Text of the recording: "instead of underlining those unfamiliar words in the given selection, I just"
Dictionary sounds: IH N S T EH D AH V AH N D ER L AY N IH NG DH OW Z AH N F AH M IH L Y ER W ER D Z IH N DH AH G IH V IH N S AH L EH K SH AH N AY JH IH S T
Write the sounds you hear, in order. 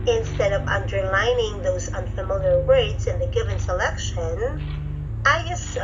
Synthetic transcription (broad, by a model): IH N S T EH D AH V AH N D ER L AY N IH NG DH OW Z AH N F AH M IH L Y ER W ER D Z IH N DH AH G IH V IH N S AH L EH K SH AH N AY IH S